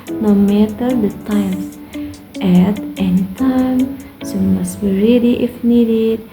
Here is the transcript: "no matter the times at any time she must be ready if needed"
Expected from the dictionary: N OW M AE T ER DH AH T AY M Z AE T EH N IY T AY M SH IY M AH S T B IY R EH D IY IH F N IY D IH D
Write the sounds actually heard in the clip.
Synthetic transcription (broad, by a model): N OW M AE T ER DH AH T AY M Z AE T EH N IY T AY M S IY M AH S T B IY R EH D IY IH F N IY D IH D